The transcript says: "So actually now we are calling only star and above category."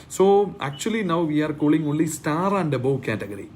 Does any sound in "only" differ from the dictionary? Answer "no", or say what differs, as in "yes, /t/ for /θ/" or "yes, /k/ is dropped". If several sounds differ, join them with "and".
yes, /n/ is dropped